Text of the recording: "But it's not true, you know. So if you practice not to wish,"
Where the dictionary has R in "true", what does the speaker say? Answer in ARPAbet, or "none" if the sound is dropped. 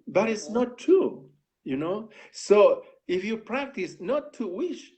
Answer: none